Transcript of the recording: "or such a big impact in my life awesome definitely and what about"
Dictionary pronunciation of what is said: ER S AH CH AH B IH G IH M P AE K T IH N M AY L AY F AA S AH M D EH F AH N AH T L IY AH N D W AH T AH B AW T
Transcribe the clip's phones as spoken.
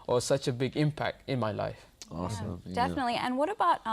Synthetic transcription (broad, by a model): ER S AH CH AH B IH G IH M P AE K T IH N M AY L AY AA AH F D EH F AH N AH T L IY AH N W AH T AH B AW T